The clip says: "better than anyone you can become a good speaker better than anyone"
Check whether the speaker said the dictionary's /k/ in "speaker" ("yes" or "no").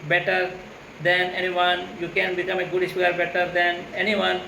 no